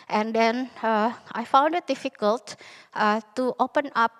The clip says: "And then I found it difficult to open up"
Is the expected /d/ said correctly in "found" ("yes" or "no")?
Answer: yes